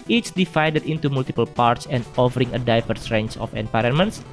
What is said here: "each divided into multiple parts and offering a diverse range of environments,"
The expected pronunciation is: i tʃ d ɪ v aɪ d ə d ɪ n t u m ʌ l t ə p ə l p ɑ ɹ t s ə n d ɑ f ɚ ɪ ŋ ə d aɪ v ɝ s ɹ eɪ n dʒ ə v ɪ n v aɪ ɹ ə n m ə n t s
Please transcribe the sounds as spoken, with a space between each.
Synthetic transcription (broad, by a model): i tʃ d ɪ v aɪ d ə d ɪ n t u m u l t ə p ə l p ɑ ɹ t s ə n d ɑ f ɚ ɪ ŋ ə d aɪ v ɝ s ɹ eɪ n tʃ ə f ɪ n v aɪ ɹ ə n m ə n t s